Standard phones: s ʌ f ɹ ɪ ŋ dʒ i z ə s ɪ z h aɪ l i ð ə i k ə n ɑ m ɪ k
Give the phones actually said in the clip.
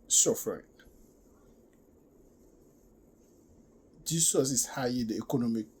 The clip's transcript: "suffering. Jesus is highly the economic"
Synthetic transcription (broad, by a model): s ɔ f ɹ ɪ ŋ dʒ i s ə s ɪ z h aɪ i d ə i k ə n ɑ m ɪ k